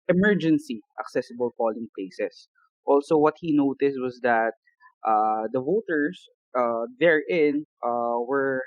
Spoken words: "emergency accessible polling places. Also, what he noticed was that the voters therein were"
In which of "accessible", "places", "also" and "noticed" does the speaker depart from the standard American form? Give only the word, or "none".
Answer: places